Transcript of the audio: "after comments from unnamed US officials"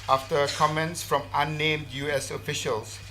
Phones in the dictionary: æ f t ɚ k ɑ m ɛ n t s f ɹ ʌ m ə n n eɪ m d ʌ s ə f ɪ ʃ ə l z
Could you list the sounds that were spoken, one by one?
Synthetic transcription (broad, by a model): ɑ f t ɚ k ɑ m ɛ n t s f ɹ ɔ m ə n n eɪ m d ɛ s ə f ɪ ʃ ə l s